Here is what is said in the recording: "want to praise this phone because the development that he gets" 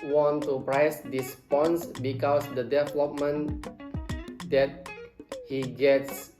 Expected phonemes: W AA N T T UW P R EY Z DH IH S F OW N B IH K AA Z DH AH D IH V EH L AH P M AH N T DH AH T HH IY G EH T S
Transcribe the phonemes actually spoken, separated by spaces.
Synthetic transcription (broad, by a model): W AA N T T UW P R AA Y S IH S P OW N B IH K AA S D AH D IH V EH L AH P M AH N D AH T HH IY G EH T S